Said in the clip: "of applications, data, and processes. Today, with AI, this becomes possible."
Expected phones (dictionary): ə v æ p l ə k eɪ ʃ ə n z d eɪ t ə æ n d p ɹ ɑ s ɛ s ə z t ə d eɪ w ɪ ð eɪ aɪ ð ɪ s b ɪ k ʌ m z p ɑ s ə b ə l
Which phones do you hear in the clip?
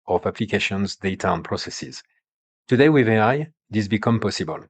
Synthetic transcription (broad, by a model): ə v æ p l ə k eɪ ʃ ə n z d eɪ t ə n p ɹ ɑ s ɛ s ə z t ə d eɪ w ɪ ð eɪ aɪ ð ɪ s b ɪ k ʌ m p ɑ s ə b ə l